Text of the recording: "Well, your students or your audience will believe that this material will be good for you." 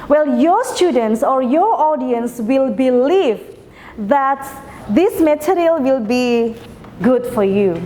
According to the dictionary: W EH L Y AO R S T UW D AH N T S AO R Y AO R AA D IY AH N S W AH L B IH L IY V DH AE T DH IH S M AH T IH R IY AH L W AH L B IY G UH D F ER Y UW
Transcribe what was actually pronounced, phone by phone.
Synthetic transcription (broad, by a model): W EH L Y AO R S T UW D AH N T S AO R Y AO R AA D IY AH N S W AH L B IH L IY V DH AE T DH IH S M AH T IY R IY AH L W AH L B IY G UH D F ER Y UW